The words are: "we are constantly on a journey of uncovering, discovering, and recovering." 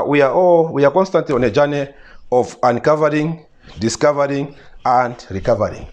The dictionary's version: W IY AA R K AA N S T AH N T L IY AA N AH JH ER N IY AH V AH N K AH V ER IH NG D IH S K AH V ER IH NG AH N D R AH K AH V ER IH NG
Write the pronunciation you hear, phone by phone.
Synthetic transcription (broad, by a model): W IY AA W K AA N S T AH N T L IY AA N AH JH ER N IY AH V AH N K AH V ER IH NG D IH S K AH V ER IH NG AH N D R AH K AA V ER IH NG